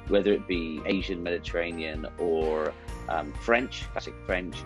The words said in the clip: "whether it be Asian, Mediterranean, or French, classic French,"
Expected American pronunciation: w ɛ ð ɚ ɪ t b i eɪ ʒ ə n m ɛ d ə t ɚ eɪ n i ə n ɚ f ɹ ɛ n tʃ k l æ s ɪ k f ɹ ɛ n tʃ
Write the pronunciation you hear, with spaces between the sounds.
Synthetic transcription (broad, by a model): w ɛ ð ɚ ɪ t b i eɪ ʒ ə n m ɛ d ə t ɚ eɪ n i ə n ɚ f ɹ ɛ n tʃ k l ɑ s ɪ k f ɹ ɛ n tʃ